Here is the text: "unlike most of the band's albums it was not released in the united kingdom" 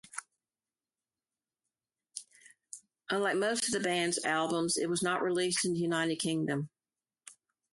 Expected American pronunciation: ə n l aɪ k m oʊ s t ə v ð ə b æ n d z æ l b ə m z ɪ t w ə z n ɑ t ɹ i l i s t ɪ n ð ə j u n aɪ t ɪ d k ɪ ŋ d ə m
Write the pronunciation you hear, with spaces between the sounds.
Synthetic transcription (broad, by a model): ə n l aɪ k m oʊ s t ə v ð ə b æ n d z æ l b ə m z ɪ t w ə z n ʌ t ɹ i l i s t ɪ n ð ə j u n aɪ t ɪ d k ɪ ŋ d ə m